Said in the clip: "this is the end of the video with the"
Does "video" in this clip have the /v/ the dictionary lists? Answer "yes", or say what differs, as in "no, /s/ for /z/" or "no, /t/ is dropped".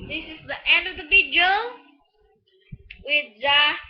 no, /b/ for /v/